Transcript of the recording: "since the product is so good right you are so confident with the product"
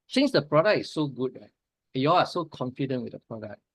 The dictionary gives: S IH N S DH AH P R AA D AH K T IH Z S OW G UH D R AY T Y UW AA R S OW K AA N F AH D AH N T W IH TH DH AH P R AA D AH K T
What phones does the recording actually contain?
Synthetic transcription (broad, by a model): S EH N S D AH P R AA D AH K IH S OW G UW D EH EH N Y UW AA L S OW K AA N F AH D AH N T W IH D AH P R AA D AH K